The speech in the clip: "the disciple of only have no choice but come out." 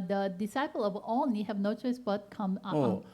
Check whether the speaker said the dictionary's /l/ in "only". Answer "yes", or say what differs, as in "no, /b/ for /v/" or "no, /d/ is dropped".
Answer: no, /l/ is dropped